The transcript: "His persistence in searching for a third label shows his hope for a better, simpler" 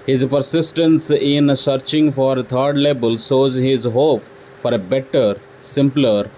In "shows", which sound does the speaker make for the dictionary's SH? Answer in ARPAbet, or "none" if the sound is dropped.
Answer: S